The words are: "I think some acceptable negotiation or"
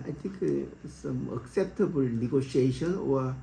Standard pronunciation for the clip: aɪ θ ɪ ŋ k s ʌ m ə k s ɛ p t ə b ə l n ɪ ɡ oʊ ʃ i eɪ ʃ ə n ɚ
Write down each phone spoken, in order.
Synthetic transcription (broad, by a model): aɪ t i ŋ k s ʌ m ə k s ɛ p t ə b ə l n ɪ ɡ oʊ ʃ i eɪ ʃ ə n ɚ